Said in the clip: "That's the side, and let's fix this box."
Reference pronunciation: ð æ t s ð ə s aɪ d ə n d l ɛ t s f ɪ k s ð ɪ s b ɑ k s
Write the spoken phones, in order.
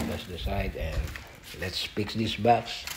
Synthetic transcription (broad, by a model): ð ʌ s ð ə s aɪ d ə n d l ɛ t s p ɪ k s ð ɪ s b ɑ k s